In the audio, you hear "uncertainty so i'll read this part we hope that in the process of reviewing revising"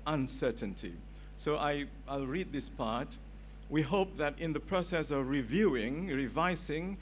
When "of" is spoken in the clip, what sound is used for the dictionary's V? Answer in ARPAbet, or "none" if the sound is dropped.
V